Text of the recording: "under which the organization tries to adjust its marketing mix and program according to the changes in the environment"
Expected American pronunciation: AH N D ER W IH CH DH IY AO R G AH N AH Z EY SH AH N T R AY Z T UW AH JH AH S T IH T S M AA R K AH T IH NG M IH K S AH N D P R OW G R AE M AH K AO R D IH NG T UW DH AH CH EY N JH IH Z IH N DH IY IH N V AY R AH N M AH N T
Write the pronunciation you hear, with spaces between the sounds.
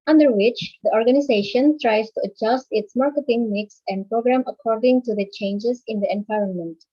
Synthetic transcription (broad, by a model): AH N D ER W IH CH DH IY AO R G AH N AH Z EY SH AH N T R AY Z T UW AH JH AH S T IH T S M AA R K AH T IH NG M IH K S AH N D P R OW G R AE M AH K AO R D IH NG T UW DH AH CH EY N JH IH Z IH N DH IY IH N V AY R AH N M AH N T